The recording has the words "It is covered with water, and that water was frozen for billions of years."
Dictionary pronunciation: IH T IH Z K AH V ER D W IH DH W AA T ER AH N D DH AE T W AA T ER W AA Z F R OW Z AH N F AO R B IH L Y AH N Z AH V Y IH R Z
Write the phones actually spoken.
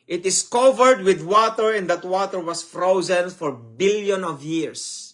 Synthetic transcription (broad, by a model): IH T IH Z K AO V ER D W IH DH W AA T ER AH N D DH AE T W AA T ER W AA S F R OW Z AH N F AO R B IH L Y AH N AH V Y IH R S